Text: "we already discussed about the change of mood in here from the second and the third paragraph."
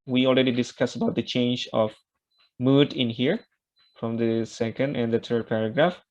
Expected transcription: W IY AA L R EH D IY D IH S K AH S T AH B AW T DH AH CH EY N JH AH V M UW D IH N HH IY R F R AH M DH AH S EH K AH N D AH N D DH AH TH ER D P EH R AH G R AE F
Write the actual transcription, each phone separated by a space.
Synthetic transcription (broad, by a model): W IY AA L R EH D IY D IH S K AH S AH B AW T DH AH CH EY N JH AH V M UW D IH N HH IY R F R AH M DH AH S EH K AH N D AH N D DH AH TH ER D P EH R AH G R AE F